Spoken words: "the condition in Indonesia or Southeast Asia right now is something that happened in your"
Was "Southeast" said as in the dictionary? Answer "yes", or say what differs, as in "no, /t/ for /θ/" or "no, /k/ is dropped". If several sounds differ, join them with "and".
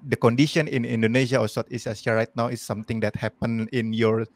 no, /t/ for /θ/ and /t/ is dropped